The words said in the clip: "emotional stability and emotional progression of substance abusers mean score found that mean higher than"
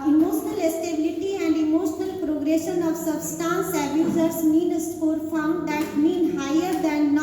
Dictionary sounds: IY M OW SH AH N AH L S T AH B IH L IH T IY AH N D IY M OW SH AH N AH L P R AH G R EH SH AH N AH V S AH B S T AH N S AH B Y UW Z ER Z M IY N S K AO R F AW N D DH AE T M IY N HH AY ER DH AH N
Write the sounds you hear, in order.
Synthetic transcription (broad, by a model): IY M OW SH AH N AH L S T AH B IH L IH T IY AH N D IY M OW SH AH N AH L P R AH G R EH SH AH N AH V S AH B S T AH N S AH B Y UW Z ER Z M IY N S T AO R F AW N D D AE T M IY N HH AY ER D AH N